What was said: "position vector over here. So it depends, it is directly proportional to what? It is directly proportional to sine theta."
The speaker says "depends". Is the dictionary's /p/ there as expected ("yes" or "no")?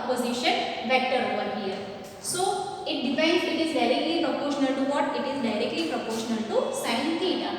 no